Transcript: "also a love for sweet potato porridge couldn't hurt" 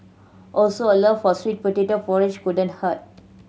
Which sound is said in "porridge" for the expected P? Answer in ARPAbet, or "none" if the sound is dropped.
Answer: F